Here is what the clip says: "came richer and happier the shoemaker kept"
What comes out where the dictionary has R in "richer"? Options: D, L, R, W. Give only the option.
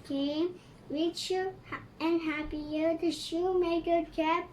W